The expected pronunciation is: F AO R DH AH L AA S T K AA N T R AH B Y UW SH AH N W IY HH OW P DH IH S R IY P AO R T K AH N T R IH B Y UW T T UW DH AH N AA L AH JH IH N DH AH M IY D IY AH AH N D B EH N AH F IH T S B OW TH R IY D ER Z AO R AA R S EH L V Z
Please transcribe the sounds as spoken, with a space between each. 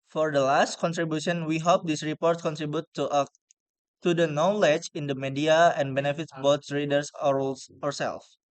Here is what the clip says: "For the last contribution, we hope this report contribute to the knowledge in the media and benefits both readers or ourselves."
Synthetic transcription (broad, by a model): F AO R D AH L AA S T K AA N T R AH B Y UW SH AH N W IY HH OW P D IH S R IY P AO R T K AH N T R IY B Y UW T T UW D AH N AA L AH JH IH N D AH M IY D IY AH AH N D B EH N AH F IH T S B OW S R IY D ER S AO R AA R S EH L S